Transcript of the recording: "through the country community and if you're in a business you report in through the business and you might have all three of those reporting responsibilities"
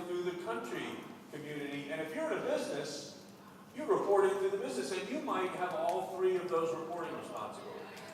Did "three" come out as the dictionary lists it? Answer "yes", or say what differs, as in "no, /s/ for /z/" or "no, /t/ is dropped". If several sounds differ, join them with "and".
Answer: yes